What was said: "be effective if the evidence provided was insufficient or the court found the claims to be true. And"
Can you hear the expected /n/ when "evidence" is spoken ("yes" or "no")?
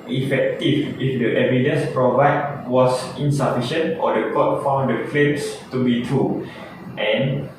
yes